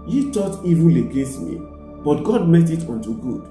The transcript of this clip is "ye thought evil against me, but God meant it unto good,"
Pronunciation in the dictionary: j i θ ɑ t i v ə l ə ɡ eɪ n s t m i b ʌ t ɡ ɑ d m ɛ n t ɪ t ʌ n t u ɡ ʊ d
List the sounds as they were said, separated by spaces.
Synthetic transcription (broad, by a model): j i t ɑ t i v ə l ə ɡ eɪ n s t m i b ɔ t ɡ ɑ d m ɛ t ɪ t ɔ n t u ɡ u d